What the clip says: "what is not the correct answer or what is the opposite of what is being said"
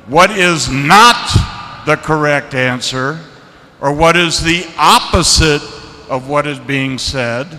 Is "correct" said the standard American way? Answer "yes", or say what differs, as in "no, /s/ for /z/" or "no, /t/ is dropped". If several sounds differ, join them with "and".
yes